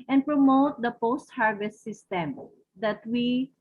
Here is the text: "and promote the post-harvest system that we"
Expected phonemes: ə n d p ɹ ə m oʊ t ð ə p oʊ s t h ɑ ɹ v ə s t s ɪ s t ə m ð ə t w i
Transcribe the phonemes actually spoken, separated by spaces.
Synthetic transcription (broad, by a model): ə n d p ɹ ə m oʊ t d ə p oʊ s t h ɑ ɹ v ə s t s ɪ s t ə m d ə t w i